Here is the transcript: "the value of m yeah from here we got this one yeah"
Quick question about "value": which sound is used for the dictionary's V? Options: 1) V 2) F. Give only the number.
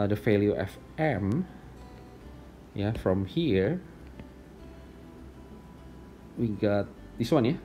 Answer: 2